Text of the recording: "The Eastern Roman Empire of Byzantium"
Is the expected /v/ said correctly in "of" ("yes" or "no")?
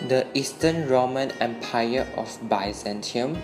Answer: no